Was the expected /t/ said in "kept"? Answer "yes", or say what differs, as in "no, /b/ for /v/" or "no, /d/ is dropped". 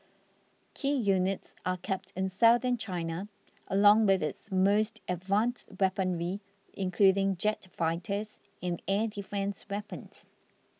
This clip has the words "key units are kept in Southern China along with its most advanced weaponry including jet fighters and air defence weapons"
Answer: yes